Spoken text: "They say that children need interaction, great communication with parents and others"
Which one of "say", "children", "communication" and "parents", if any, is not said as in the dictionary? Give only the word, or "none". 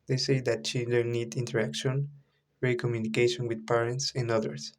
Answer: children